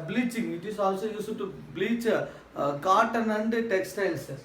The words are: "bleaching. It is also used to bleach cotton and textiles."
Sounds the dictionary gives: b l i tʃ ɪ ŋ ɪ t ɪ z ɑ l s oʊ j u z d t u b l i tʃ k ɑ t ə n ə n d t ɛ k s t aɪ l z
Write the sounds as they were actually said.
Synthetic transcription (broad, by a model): b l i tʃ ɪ ŋ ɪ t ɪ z ɑ l s oʊ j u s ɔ t u b l i tʃ k ɑ t ə n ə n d t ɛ k s t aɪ l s